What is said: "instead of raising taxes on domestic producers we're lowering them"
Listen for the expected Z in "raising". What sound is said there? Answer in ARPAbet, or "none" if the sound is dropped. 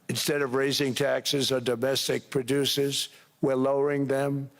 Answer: Z